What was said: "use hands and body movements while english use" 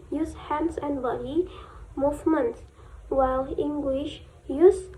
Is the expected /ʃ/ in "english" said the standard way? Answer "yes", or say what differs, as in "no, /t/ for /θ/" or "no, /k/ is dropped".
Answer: yes